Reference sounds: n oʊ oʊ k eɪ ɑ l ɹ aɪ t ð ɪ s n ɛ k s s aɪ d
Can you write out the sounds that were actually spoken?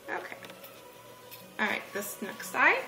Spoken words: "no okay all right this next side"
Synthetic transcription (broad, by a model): oʊ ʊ k eɪ ɑ l ɹ aɪ t ð ɪ s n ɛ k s s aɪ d